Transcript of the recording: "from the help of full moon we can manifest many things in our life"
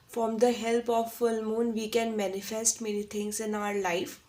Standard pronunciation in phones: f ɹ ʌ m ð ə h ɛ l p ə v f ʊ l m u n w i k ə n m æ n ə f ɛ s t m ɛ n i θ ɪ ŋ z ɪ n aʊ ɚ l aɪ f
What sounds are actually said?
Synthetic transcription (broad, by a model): f ɹ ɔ m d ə h ɛ l p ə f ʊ l m u n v i k ə n m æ n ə f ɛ s t m ɛ n i t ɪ ŋ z ɪ n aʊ ɚ l aɪ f